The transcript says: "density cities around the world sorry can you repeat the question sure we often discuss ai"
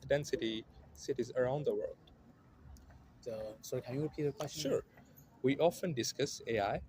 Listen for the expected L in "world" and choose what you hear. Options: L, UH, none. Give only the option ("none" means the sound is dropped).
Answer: L